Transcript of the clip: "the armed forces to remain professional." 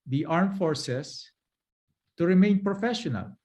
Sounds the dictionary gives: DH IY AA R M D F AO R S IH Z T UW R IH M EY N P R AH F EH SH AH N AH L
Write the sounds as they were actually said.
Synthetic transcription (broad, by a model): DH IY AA R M F AO R S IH S T UW R IH M EY N P R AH F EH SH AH N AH L